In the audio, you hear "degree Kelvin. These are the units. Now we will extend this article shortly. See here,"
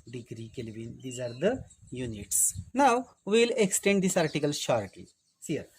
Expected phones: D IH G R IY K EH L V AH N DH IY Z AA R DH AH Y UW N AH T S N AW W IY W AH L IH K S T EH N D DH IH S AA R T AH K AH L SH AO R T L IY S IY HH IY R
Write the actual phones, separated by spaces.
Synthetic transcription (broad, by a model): D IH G R IY K EH L V AH N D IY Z AA R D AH Y UW N AH T S N AW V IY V L IH K S T EH N D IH S AA R T AH K AH L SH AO R T IY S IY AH R